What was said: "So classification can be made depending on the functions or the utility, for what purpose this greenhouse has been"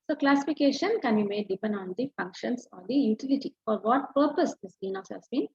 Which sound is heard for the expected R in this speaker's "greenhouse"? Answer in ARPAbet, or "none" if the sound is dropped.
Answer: none